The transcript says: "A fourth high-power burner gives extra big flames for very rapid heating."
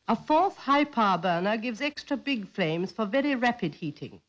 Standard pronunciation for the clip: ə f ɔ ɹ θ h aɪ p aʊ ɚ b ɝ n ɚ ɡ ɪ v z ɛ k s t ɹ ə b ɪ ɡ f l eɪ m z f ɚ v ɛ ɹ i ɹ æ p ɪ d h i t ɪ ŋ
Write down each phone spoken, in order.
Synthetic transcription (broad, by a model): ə f ɔ ɹ θ h aɪ p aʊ b ɝ n ɚ ɡ ɪ v z ɛ k s t ɹ ə b ɪ ɡ f l eɪ m z f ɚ v ɛ ɹ i ɹ æ p ɪ d h i t ɪ ŋ